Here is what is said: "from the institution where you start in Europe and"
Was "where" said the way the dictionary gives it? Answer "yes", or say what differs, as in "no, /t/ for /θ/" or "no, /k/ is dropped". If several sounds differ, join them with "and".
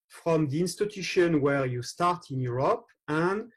yes